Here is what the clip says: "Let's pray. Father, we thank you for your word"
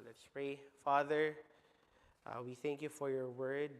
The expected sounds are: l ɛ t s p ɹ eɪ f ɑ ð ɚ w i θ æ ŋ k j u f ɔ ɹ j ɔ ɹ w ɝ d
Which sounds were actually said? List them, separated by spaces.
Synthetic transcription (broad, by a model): l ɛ t s p ɹ eɪ f ɑ ð ɚ w i θ æ ŋ k j u f ɔ ɹ j ɔ ɹ w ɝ d